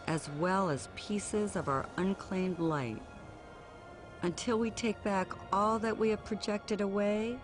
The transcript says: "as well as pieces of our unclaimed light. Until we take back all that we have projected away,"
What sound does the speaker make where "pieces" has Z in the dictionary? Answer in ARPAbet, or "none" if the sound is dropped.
Z